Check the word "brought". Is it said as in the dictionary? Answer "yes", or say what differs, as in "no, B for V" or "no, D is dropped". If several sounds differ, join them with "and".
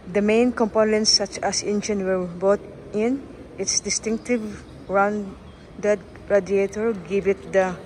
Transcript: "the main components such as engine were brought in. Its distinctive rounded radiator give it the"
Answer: no, R is dropped